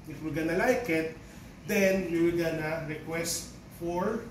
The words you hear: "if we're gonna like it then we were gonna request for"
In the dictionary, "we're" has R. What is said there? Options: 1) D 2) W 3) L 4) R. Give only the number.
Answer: 3